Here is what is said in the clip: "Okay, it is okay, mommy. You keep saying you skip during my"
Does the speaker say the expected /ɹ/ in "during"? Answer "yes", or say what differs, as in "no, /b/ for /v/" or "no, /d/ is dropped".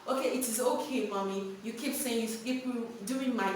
no, /ɹ/ is dropped